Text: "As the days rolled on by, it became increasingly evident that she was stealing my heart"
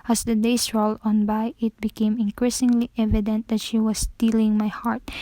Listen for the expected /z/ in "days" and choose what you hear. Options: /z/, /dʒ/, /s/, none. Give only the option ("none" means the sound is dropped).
/s/